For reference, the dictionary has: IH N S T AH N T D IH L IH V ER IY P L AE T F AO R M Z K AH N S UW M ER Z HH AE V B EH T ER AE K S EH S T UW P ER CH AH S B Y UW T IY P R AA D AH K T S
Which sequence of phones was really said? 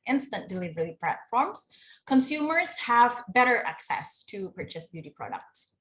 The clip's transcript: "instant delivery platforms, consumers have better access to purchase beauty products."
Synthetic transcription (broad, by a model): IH N S T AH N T D IH L IH V ER IY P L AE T F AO R M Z K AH N S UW M ER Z HH AE V B EH T ER AE K S EH S T UW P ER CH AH S B Y UW T IY P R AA D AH K T S